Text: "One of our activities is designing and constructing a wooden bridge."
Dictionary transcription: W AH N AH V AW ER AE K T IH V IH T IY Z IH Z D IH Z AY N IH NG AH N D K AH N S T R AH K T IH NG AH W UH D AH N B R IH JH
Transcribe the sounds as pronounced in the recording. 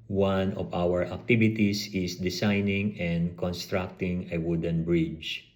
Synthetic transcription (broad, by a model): W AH N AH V AW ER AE K T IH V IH T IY S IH S D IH S AY N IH NG AH N D K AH N S T R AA K T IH NG AH W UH D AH N B R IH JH